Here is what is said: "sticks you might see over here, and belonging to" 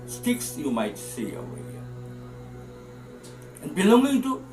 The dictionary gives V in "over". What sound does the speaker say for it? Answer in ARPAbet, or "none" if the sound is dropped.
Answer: none